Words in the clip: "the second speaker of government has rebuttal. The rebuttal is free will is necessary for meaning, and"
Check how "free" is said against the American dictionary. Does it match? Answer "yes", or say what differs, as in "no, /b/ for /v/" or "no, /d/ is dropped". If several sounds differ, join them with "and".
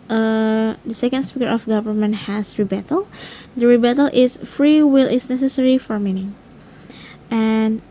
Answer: yes